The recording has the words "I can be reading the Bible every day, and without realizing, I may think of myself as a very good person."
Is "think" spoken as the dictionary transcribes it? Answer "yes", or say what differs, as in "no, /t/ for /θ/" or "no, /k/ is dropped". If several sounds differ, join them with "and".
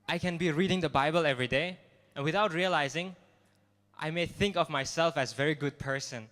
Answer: yes